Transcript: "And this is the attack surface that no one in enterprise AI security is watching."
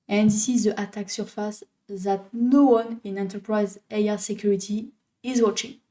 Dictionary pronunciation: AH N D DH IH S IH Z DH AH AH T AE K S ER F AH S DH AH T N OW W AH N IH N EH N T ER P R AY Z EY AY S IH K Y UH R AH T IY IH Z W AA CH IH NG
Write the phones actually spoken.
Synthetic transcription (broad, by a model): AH N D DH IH S IH Z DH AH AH T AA K S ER F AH S DH AH T N OW W AH N IH N EH N T ER P R AY Z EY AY S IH K Y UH R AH T IY IH Z W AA CH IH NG